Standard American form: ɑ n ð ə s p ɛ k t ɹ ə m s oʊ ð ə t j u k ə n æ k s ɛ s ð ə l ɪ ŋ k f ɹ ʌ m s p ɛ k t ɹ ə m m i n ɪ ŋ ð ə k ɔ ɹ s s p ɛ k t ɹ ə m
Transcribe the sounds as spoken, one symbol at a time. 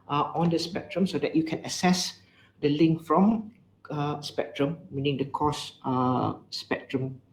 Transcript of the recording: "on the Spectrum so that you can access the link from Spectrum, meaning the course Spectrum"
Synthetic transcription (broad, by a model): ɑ n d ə s p ɛ k t ɹ ə m s oʊ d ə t j u k ə n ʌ s ɛ s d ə l ɪ ŋ k f ɹ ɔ m s p ɛ k t ɹ ə m m i n ɪ ŋ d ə k ɔ s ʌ p ɛ k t ɹ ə m